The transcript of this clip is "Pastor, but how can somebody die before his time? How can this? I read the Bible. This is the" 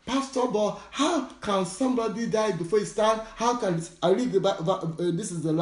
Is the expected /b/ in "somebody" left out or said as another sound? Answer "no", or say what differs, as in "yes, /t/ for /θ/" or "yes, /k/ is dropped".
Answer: no